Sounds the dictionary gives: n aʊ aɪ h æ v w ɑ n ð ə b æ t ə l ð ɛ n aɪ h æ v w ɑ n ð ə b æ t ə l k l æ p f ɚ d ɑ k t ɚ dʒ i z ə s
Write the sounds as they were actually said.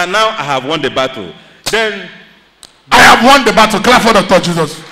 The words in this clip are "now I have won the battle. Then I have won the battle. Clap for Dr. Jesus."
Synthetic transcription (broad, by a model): n aʊ aɪ h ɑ v w ɑ n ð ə b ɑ t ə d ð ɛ n aɪ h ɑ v w ɑ n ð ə b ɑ t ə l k l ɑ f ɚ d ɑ t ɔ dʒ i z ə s